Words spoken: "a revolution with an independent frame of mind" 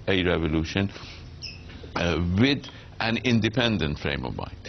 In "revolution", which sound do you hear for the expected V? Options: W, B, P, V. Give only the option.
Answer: V